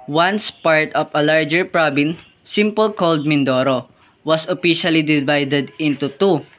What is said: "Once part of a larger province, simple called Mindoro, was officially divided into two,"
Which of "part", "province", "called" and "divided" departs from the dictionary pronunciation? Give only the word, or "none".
province